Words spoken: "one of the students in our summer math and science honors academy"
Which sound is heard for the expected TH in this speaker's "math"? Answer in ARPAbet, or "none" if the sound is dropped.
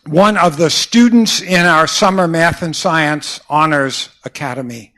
TH